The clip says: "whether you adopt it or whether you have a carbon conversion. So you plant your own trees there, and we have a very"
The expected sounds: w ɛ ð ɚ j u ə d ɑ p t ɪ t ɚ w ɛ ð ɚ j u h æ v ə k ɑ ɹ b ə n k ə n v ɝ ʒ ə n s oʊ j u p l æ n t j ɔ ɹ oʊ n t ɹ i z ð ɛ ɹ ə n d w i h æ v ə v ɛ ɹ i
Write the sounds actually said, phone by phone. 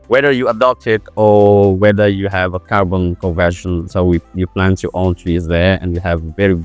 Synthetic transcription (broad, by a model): w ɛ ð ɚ j u ə d ɑ p t ɪ t ɚ w ɛ ð ɚ j u h æ v ə k ɑ ɹ b ə n k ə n v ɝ ʃ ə n s oʊ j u p l æ n t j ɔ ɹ oʊ n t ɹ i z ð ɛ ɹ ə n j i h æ v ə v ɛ ɹ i